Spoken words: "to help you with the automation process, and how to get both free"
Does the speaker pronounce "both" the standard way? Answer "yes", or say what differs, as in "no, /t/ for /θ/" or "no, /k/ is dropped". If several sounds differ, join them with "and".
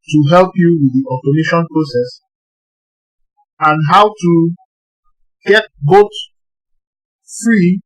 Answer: no, /t/ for /θ/